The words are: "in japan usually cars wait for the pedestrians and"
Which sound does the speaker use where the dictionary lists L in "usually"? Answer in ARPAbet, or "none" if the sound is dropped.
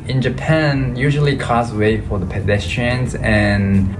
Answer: L